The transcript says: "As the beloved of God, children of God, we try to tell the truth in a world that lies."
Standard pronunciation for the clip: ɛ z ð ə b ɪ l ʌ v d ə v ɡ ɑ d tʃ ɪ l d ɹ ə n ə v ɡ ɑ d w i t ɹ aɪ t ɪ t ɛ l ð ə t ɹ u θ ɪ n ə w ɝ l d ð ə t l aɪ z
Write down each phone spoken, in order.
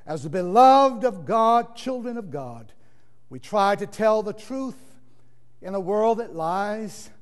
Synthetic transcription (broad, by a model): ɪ z ð ə b ɪ l ʌ v d ə v ɡ ɑ d tʃ ɪ l d ɹ ə n ə v ɡ ɑ d w i t ɹ aɪ t ɪ t ɛ l ð ə t ɹ u θ ɪ n ə w ɝ l d ð ə t l aɪ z